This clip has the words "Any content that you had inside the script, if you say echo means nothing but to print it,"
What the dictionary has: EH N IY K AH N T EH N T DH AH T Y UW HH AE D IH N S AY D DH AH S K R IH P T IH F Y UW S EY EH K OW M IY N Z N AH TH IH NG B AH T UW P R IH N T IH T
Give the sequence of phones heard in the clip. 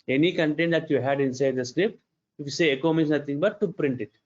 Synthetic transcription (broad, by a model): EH N IY K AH N T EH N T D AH T Y UW HH AE D IH N S AY D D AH S K R IH P T IH F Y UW S EY EH K OW M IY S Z N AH T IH NG B AH T UW P R IH N T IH T